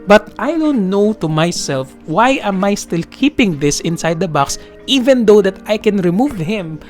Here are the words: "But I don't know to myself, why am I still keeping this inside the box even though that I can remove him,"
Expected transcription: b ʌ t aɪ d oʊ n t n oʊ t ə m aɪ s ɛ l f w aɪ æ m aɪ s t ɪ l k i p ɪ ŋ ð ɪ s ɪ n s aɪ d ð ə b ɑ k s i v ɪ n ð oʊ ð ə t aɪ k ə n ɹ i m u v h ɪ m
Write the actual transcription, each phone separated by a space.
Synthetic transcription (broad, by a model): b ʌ t aɪ d oʊ n t n oʊ t ə m aɪ s ɛ l f w aɪ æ m aɪ s t ɪ l k i p ɪ ŋ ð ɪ s ɪ n s aɪ d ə b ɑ k s i v ɪ n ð oʊ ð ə t aɪ k ə n ɹ i m u v h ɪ m